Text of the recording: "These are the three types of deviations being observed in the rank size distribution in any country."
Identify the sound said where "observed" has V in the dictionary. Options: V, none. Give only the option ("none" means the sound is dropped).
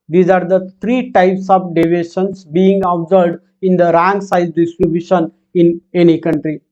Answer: none